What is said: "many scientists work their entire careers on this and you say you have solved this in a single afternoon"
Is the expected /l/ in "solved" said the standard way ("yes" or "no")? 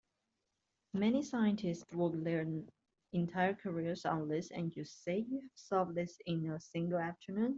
no